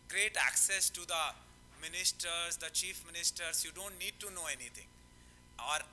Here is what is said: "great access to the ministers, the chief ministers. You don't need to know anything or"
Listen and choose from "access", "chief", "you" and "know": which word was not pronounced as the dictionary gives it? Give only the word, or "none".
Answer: none